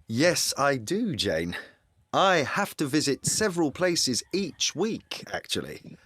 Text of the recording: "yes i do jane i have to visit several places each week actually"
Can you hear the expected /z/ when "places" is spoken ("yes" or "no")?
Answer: yes